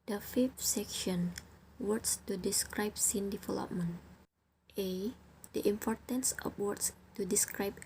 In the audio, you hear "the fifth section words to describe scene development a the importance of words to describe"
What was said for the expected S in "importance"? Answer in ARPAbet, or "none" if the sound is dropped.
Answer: S